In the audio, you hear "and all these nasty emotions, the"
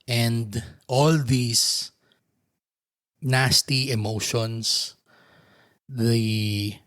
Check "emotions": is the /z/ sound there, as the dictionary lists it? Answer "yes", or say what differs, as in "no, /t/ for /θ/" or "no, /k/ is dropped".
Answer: no, /s/ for /z/